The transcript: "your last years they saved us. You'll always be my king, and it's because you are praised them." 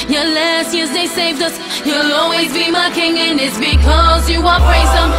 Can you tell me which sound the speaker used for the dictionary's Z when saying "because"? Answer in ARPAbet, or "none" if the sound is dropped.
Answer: Z